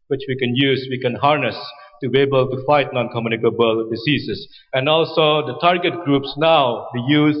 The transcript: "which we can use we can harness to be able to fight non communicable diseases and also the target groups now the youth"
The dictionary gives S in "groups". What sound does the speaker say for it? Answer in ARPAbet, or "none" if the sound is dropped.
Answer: S